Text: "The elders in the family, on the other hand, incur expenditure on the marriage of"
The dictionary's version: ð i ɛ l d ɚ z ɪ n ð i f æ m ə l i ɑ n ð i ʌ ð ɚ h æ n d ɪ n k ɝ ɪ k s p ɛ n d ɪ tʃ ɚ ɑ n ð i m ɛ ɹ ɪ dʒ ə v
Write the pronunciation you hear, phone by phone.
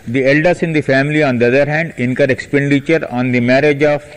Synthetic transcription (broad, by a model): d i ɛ l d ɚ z ɪ n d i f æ m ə l i ɑ n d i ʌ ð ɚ h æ n d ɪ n k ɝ ɪ k s p ɛ n d ɪ tʃ ɚ ɑ n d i m ɛ ɹ ɪ dʒ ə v